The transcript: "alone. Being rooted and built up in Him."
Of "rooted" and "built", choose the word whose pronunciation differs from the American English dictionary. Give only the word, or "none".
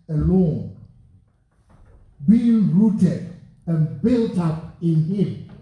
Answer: none